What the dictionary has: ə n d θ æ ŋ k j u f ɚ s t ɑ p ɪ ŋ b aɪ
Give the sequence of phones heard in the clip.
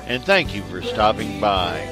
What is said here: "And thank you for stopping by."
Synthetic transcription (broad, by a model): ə n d θ æ ŋ k j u f ɚ s t ɑ p ɪ ŋ b aɪ